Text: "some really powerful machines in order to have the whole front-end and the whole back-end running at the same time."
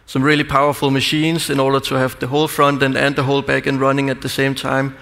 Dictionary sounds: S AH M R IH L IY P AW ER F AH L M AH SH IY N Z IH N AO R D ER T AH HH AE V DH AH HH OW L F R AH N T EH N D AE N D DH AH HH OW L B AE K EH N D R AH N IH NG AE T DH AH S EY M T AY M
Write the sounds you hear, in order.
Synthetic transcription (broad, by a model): S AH M R IH L IY P AW ER F AH L M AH SH IY N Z IH N AO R D ER T AH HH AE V DH AH HH OW L F R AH N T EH N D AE N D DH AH HH OW L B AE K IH N R AH N IH NG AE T DH AH S EY M T AY M